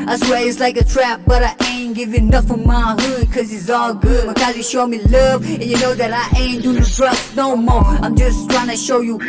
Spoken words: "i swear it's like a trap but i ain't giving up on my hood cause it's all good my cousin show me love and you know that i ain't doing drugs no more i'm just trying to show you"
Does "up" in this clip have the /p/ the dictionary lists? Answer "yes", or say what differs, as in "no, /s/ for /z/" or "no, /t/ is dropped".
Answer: no, /f/ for /p/